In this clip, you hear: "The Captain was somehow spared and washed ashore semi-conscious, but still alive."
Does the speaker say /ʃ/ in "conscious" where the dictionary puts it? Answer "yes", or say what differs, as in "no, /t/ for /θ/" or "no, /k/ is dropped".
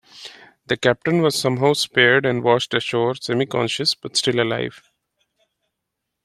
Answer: yes